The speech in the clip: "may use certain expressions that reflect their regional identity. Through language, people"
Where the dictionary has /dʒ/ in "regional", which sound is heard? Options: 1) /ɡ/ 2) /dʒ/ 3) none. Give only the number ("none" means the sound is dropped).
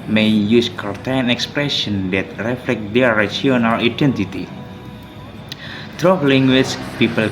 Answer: 3